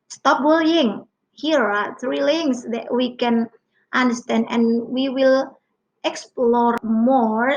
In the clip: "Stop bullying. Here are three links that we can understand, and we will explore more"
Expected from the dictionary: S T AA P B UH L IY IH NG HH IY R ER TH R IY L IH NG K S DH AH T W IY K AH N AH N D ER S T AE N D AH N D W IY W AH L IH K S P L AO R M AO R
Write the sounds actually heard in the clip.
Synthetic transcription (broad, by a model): S T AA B L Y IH NG HH IY R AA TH R IY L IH NG S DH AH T W IY K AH N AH N D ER S T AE N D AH N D W IY W AH L IH K S P L AO R M AO R